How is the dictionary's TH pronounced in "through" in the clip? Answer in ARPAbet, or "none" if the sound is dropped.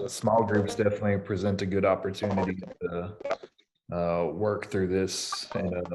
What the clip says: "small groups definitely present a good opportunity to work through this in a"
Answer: TH